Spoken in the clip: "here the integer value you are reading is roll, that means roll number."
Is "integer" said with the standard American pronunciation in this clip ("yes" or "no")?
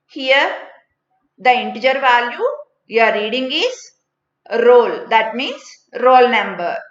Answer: yes